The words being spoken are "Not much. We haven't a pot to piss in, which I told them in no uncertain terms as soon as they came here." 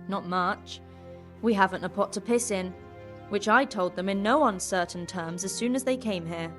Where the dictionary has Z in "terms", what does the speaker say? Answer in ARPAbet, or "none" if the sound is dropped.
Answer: Z